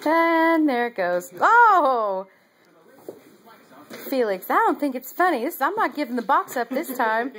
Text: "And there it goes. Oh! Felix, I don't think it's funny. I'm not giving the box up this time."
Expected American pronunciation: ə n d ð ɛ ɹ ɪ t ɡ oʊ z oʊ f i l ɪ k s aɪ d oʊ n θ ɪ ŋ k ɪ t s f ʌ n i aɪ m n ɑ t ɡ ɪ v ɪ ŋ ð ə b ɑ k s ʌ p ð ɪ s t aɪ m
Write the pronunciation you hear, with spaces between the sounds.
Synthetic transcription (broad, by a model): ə n ð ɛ ɹ ɪ t ɡ oʊ z oʊ f i l ɪ k s aɪ d oʊ n θ ɪ ŋ k ɪ t s f ʌ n i aɪ m n ɑ t ɡ ɪ v ɪ ŋ ð ə b ɑ k s ʌ p ð ɪ s t aɪ m